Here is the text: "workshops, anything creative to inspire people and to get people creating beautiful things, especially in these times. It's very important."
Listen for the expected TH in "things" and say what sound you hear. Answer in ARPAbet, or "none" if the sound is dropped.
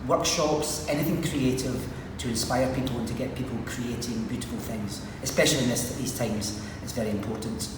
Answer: TH